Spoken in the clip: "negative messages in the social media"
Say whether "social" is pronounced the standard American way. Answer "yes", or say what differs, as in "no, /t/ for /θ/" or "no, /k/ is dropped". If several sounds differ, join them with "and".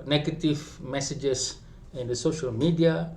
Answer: yes